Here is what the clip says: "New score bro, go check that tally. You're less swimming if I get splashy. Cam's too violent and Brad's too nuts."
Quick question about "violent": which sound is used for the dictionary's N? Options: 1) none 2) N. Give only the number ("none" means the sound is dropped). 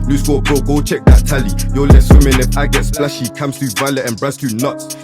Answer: 1